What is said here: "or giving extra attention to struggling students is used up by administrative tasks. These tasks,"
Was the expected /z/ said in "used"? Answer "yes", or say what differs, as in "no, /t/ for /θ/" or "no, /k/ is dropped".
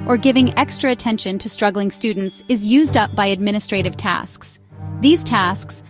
yes